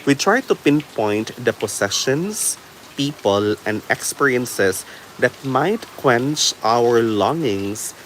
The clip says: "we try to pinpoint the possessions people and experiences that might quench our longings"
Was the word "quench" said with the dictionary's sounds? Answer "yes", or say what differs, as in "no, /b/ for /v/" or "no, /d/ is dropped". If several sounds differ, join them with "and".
yes